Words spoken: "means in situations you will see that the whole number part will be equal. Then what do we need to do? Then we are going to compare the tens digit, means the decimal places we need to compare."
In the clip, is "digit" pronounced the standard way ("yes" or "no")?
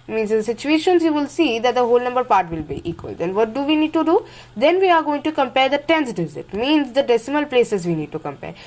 no